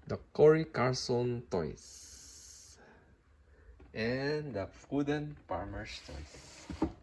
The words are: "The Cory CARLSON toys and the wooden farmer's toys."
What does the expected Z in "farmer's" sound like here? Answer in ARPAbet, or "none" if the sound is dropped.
S